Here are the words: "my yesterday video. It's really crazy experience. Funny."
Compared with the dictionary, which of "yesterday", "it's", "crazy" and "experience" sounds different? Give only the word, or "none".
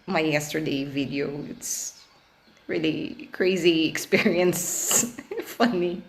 none